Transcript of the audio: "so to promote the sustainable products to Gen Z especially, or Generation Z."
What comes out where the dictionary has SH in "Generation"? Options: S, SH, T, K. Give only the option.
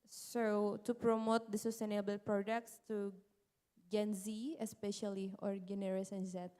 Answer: S